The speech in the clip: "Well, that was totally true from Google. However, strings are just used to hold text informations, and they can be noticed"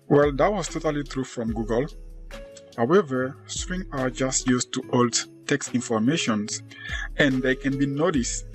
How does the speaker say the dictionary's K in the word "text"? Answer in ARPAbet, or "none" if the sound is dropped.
K